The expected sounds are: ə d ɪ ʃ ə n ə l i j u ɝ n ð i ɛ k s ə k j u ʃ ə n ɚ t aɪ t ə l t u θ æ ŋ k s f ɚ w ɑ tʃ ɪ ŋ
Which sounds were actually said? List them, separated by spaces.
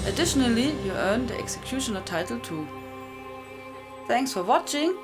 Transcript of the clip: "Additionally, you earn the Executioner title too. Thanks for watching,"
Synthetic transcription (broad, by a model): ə d ɪ ʃ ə n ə l i j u ɝ n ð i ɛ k s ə k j u ʃ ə n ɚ t aɪ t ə l t u θ æ ŋ k s f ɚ w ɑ tʃ ɪ ŋ